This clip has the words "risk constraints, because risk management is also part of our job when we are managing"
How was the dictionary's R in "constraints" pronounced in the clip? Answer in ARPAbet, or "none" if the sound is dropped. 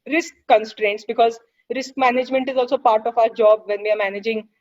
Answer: R